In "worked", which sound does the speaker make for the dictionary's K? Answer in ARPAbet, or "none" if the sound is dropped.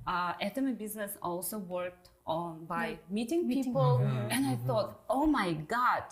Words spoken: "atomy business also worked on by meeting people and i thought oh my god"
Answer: K